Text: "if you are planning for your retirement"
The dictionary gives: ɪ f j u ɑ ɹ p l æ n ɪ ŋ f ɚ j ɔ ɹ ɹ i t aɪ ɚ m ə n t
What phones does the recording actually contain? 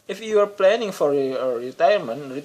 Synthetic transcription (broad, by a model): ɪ f j u ɑ ɹ p l æ n ɪ ŋ f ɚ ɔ ɹ ɹ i t aɪ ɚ m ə n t